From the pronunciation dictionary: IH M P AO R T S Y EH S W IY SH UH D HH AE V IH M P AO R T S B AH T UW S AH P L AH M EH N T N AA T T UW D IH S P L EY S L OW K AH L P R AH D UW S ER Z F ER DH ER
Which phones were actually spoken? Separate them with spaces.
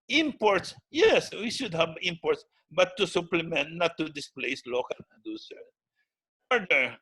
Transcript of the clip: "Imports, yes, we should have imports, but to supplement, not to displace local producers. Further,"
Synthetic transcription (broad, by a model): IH M P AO R T S Y EH S W IY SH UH D HH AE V IH M P AO R T S B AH T UW S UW P L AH M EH N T N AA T T UW D IH S P L EY S L OW K AH L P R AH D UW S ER F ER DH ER